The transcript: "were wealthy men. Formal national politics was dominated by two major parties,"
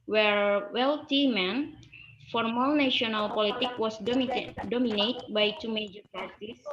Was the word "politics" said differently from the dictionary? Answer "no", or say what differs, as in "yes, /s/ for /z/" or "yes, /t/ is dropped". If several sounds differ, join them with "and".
yes, /s/ is dropped